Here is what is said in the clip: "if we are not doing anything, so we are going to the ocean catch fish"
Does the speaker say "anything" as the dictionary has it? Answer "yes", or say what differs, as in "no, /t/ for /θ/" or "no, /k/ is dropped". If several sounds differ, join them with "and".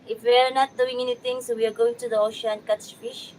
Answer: no, /t/ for /θ/